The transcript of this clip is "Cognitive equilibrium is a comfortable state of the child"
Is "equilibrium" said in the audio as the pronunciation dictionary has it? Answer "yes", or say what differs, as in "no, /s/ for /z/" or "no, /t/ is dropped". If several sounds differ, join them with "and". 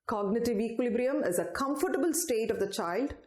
yes